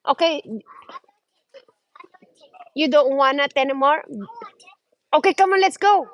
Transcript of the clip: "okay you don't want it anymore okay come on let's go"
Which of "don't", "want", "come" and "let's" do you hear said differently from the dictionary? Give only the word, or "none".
want